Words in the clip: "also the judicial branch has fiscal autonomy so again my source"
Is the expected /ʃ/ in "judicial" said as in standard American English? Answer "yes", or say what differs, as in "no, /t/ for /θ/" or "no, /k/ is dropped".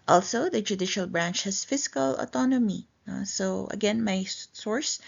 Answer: yes